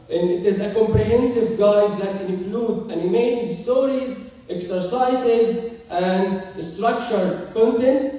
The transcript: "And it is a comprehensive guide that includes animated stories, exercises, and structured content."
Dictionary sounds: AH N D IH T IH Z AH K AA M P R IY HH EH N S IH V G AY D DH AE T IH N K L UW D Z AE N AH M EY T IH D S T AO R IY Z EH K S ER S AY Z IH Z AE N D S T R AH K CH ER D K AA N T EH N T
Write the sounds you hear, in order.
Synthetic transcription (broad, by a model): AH N IH T IH Z AH K AA M P R IY HH EH N S IH V G AY D DH AE T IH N K L UW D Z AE N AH M EY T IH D S T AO R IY Z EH K S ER S AY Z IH Z AE N D S T R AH K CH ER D K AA N T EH N T